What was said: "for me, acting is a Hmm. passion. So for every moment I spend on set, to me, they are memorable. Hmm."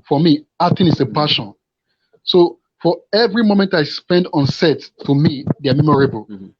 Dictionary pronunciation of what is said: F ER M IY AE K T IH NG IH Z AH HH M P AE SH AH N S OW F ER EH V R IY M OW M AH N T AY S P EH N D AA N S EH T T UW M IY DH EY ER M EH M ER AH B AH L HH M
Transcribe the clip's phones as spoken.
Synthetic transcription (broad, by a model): F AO M IY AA T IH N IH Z AH P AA SH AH N S OW F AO EH V R IY M OW M AH N T AY S P EH N D AA N S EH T T UW M IY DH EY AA M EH M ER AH B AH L